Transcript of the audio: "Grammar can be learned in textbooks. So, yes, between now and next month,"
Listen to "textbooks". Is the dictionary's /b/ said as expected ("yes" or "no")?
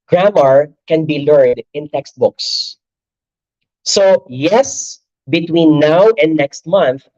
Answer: yes